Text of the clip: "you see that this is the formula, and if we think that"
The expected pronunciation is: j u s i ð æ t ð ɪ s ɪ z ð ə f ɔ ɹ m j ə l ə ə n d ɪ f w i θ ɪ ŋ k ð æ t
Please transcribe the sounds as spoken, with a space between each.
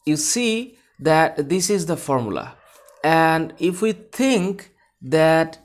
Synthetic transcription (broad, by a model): j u s i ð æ t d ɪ s ɪ z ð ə f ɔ ɹ m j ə l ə ə n d ɪ f w i t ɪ ŋ k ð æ t